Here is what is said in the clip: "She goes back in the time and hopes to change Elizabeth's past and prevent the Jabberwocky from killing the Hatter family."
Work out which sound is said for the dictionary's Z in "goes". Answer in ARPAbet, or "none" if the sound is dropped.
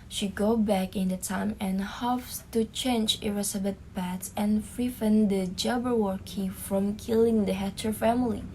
none